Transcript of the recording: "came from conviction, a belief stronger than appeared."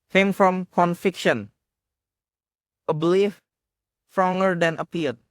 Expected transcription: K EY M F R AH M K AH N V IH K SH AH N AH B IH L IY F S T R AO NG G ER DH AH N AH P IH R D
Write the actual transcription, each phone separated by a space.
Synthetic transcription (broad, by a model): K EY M F R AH M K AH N F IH K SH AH N AH B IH L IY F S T R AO NG G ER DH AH N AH P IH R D